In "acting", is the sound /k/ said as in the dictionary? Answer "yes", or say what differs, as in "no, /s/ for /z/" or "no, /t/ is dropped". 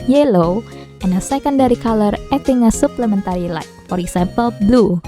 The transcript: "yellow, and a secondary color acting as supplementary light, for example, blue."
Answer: no, /k/ is dropped